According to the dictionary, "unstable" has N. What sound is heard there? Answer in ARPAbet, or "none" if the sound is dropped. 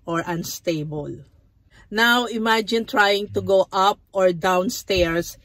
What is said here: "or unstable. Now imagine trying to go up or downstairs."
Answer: N